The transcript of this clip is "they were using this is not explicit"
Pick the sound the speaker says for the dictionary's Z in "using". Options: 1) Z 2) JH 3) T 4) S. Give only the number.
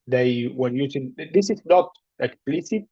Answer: 4